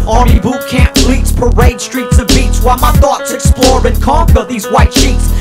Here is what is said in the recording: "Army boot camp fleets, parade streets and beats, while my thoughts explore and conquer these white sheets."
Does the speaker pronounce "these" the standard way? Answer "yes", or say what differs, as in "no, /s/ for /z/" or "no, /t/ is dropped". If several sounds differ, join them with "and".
yes